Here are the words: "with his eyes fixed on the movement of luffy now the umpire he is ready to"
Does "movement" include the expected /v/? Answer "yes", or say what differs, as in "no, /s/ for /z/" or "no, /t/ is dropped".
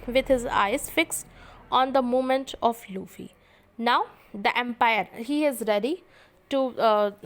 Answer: no, /v/ is dropped